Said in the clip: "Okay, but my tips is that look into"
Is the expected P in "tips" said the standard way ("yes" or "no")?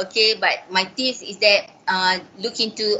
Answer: no